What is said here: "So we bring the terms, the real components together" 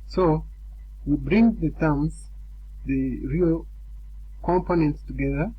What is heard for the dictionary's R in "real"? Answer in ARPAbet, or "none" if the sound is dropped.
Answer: R